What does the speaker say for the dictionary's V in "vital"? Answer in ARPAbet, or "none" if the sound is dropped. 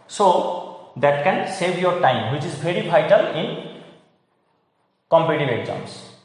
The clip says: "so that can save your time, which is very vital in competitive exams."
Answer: B